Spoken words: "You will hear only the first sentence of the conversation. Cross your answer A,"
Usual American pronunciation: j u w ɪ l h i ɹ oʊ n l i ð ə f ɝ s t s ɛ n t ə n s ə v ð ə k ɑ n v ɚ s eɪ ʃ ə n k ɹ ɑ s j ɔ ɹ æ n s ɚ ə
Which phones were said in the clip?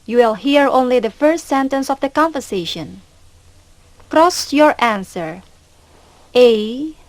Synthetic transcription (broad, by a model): j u w ɪ l h i ɹ oʊ n l i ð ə f ɝ s t s ɛ n t ə n s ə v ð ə k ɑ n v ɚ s eɪ ʃ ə n k ɹ ɑ s j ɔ ɹ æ n s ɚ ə